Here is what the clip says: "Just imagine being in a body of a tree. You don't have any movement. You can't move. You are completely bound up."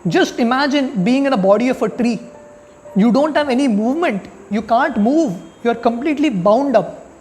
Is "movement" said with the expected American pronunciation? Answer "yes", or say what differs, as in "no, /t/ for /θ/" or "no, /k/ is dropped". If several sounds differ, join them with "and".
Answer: yes